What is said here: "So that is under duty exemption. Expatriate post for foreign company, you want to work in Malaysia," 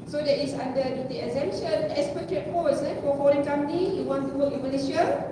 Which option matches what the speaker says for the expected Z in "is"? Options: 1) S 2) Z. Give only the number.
1